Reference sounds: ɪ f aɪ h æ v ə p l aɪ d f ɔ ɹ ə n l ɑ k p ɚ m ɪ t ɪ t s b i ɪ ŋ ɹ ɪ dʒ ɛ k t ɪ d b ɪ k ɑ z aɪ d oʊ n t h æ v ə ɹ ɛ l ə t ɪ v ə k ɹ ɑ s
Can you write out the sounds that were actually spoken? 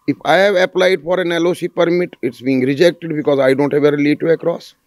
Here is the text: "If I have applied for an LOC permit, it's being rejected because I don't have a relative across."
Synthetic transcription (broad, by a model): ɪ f aɪ h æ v ə p l aɪ d f ɔ ɹ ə n l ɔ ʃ p ɚ m ɪ t ɪ t s b i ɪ ŋ ɹ ɪ dʒ ɛ k t ɪ d b ɪ k ɑ z aɪ d oʊ n t h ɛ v ə ɹ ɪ l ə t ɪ ə k ɹ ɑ s